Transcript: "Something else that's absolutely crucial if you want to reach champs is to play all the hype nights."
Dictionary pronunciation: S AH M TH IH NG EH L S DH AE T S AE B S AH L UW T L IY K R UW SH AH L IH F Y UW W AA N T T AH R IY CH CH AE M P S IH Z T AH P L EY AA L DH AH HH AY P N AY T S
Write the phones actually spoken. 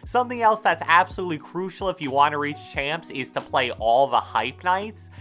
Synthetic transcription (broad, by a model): S AH M TH IH NG EH L S DH AE T S AE B S AH L UW T L IY K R UW SH L IH F Y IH W AA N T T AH R IY CH CH AE M P S IH Z T AH P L EY AA L DH AH HH AY P N AY T S